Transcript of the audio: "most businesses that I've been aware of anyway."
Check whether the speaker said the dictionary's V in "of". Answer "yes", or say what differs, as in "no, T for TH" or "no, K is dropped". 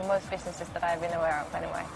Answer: no, F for V